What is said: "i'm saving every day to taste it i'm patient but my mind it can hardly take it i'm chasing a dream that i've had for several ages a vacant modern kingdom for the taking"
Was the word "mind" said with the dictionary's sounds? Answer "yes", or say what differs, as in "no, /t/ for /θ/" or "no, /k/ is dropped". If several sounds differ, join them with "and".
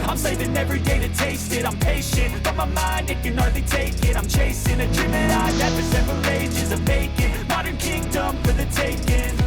yes